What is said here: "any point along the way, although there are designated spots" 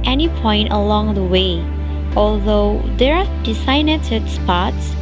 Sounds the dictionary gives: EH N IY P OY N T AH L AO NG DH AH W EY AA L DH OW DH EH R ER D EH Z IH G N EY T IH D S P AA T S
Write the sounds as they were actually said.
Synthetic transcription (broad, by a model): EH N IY P OY N T AH L AO NG DH AH W EY AA L DH OW DH EH R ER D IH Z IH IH N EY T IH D S P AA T S